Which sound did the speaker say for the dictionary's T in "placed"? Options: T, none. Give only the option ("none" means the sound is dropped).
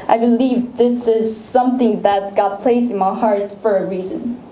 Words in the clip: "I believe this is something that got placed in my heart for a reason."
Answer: none